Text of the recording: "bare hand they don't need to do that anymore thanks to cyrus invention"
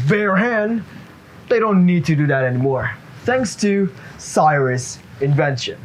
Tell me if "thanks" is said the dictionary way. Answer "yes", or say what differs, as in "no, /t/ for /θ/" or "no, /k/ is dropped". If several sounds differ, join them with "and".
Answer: yes